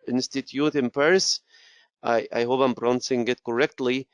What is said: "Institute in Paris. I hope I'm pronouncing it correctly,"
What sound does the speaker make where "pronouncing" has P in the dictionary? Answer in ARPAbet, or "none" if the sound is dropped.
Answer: B